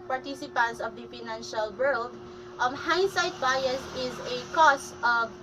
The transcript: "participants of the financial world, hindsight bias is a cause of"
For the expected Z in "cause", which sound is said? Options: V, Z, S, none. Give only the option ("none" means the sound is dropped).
S